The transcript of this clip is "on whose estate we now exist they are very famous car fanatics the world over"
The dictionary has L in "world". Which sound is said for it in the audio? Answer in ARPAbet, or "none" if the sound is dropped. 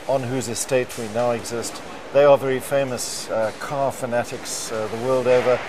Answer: L